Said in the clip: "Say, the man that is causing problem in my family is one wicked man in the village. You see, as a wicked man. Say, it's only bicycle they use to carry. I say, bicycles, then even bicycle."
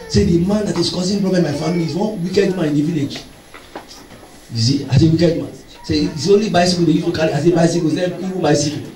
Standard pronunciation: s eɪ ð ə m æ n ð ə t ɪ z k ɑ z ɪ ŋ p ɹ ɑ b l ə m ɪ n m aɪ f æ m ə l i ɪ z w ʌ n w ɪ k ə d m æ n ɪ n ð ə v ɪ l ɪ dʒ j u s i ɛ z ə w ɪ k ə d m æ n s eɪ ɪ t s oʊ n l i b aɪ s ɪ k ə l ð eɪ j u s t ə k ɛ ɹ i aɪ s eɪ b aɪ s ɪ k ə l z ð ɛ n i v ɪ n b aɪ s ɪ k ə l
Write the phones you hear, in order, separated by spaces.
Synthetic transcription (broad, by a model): s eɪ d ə m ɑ n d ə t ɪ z k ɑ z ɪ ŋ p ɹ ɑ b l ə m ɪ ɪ f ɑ m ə l i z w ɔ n w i k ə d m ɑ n ɪ n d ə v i l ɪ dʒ j u s i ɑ s ə w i k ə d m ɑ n s eɪ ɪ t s oʊ n l i b aɪ s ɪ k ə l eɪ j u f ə k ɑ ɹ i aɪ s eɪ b aɪ s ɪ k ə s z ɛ i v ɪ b aɪ s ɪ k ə